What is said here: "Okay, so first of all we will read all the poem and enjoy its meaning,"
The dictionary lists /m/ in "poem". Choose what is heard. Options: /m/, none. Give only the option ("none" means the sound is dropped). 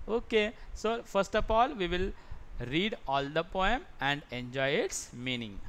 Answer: /m/